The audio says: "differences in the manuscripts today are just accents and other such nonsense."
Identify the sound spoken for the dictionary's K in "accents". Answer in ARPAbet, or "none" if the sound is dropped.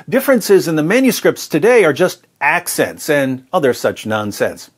K